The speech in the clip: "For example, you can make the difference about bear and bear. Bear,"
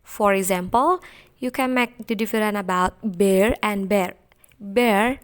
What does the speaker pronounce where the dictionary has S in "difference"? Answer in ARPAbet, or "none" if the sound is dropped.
none